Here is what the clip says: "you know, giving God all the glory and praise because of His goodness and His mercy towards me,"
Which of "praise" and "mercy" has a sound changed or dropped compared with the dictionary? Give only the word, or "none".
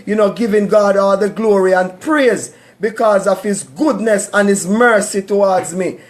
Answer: none